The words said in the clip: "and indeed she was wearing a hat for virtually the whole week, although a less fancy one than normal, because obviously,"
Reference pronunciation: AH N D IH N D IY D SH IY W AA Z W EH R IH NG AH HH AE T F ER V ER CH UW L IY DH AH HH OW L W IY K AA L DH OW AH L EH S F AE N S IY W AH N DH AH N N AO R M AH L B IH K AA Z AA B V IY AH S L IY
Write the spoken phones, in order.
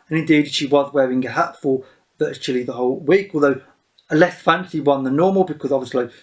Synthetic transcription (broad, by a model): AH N IH N D IY D SH IY W AA Z W EH R IH NG AH HH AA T F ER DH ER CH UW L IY DH AH HH OW L W IY K AA L DH OW AH L EH S F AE N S IY W AH N DH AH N N AO M AH L B IH K AA Z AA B V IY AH S L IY